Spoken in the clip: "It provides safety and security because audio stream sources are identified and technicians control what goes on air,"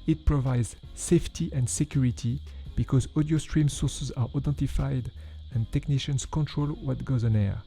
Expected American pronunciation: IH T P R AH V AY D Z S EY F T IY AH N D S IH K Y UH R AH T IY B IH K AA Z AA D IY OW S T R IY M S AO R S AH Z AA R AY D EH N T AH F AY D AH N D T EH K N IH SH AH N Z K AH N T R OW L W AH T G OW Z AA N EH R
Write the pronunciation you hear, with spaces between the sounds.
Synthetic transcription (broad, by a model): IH T P R AH V AY D Z S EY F T IY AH N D S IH K Y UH R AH T IY B IH K AA Z AA D IY OW S T R IY M S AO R S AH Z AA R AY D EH N T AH F AY D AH N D T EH K N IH SH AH N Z K AH N T R OW L W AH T G OW Z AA N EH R